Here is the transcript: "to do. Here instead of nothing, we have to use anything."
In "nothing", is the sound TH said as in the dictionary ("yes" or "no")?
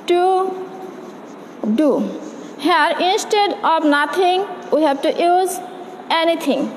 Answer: no